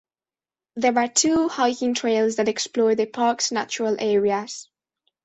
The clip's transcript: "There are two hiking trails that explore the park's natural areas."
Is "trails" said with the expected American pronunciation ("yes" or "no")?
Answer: yes